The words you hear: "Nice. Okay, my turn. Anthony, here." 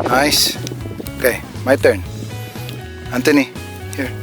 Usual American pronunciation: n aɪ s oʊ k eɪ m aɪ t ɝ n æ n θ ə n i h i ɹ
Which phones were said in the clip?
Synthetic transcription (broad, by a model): n aɪ s oʊ k eɪ m aɪ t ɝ n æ n t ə n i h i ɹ